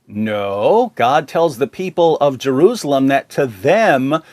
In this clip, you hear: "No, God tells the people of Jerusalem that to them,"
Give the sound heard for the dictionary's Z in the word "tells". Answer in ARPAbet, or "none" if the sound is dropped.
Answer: Z